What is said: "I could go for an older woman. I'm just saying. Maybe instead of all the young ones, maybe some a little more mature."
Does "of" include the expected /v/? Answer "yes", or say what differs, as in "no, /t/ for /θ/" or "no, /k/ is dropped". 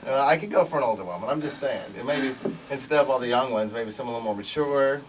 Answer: yes